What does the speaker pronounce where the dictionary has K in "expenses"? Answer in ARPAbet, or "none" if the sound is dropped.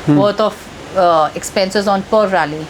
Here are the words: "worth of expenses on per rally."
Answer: K